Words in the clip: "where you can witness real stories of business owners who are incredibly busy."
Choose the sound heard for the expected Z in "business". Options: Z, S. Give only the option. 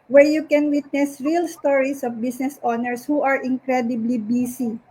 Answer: S